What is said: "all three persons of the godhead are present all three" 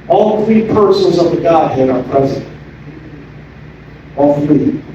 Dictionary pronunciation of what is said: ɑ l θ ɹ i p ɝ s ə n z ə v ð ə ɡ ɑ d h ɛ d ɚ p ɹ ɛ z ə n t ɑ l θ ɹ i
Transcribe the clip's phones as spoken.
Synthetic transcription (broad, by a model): ɑ l θ ɹ i p ɝ s ə n z ə v ð ə ɡ ɑ d h ɛ d ɚ p ɹ ɛ z ə n t ɑ l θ ɹ i